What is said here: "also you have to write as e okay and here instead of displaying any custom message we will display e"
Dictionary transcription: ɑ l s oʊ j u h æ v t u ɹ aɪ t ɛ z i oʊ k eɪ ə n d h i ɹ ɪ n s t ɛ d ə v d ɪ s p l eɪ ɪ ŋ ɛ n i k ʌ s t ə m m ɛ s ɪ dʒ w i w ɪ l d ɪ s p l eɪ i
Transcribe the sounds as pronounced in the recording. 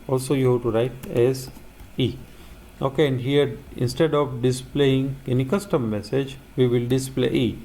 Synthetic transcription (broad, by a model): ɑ l s oʊ j u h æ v t u ɹ aɪ t ɛ z i oʊ k eɪ ə n d h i ɹ ɪ n s t ɛ d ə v d ɪ s p l eɪ ɪ ŋ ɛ n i k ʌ s t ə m m ɛ s ɪ dʒ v i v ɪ l d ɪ s p l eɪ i